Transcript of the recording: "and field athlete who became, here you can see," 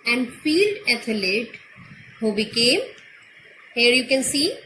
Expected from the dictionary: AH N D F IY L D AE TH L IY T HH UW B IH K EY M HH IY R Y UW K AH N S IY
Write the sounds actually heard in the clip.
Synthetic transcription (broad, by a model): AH N D F IY L D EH T L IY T HH UW B IH K EY M HH IY R Y UW K AH N S IY